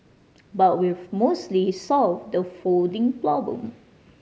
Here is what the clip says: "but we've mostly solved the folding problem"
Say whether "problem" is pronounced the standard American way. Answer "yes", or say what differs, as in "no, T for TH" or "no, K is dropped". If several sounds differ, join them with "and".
no, L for R and L is dropped